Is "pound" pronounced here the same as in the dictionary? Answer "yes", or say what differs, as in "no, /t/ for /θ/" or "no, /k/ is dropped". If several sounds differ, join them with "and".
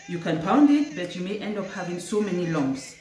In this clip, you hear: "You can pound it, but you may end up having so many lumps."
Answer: yes